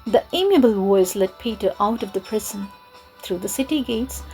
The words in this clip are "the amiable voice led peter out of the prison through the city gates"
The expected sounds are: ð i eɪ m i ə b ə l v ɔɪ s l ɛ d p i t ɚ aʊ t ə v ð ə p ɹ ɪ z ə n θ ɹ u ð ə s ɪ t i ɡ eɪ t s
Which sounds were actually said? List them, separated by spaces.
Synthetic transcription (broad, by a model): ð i eɪ m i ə b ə l w ɔɪ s l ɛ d p i t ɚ aʊ t ə v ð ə p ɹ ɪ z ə n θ ɹ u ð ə s ɪ t i ɡ eɪ t s